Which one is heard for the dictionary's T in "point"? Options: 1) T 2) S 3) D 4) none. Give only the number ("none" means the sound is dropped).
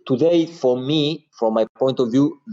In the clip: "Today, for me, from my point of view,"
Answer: 1